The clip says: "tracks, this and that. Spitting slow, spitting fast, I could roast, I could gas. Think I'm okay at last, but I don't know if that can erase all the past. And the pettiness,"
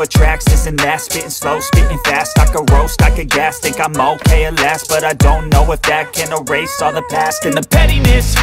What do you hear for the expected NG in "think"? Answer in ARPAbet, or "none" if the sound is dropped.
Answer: none